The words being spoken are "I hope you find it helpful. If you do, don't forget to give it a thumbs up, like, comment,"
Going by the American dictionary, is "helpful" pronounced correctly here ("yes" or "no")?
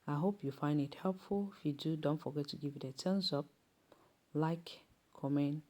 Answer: yes